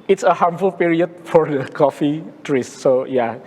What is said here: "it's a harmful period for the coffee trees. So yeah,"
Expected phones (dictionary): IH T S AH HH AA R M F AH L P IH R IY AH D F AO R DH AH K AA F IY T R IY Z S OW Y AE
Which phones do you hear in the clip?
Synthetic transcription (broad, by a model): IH T S AH HH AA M F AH L P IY R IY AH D F AO R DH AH K AA F IY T R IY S S OW Y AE